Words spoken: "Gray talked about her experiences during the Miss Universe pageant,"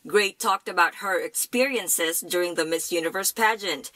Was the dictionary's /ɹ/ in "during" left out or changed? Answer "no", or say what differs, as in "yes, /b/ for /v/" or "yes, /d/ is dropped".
no